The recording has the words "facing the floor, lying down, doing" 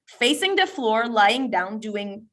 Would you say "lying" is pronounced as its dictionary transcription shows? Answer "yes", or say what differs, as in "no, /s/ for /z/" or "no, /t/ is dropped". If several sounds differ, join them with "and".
yes